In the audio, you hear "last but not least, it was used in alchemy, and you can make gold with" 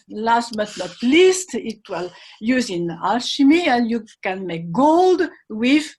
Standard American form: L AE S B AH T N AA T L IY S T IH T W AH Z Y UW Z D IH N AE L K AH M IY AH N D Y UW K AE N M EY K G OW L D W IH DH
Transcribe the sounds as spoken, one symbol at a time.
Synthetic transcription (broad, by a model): L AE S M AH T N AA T L IY S T IH T W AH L Y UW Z IH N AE L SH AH M IY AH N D Y UW K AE N M EY K G OW L D W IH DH